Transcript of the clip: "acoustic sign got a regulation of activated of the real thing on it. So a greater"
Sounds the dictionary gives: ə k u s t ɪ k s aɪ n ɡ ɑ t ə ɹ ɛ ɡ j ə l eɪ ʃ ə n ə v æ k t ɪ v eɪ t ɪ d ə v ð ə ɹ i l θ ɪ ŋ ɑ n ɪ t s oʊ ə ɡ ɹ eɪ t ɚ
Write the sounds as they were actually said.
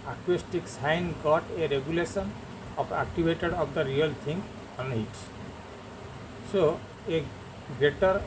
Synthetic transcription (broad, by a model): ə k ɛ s t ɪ k s aɪ n ɡ ɑ t ə ɹ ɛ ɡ j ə l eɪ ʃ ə n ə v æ k t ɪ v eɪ t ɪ d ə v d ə ɹ i l t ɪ ŋ ɑ n ɪ t s oʊ ə ɡ ɹ eɪ t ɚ